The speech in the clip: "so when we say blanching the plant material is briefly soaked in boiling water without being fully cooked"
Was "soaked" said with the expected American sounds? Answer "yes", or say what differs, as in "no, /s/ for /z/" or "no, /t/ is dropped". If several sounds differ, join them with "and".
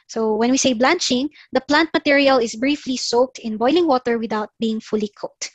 yes